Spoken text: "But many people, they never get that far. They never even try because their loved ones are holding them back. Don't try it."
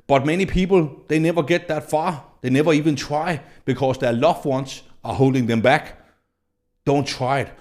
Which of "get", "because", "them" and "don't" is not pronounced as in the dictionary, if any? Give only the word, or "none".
because